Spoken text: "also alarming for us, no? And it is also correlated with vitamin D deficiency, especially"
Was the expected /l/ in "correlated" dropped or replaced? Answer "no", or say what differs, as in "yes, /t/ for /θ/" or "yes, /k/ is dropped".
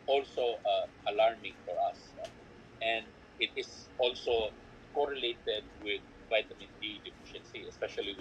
no